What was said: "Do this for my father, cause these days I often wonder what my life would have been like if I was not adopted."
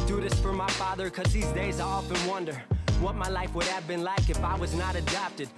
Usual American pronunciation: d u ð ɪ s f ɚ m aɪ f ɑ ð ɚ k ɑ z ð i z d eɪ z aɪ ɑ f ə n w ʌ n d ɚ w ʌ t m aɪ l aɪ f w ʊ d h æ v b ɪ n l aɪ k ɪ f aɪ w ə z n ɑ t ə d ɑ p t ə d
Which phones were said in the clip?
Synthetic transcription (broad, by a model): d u ð ɪ s f ɚ m aɪ f ɑ ð ɚ k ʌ z ð i z d eɪ z aɪ ɑ f ə n w ʌ n d ɚ w ʌ t m aɪ l aɪ f w ʊ d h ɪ v b ɪ n l aɪ k ɪ f aɪ w ə z n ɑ t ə d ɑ p t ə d